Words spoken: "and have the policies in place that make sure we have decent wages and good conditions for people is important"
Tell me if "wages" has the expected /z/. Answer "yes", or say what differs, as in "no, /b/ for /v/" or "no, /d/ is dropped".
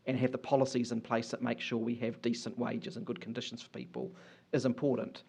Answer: yes